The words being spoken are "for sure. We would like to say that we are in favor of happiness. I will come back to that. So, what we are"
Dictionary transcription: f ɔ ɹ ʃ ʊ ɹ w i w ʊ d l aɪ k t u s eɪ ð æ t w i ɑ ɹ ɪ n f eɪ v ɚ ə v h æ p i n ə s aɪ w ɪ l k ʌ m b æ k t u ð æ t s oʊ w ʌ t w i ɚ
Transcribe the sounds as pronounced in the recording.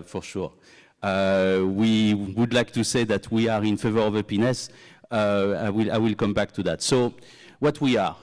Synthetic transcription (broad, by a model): f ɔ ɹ ʃ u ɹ w i w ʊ d l aɪ k t u s eɪ ð æ t w i ɑ ɹ ɪ n f eɪ v ɚ ə v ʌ p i n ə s aɪ w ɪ l k ʌ m b æ k t u ð æ t s oʊ w ʌ t w i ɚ